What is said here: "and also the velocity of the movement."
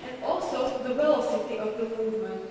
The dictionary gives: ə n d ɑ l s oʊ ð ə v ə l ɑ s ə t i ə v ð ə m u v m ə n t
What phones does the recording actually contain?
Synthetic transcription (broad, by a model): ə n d ɑ l s oʊ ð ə w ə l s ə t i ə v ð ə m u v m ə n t